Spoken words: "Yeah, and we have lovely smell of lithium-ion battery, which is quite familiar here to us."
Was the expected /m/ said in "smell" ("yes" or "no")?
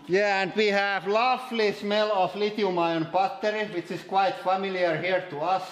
yes